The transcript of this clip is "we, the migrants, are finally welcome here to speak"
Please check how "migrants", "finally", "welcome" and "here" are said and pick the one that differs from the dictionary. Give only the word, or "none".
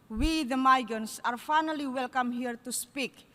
migrants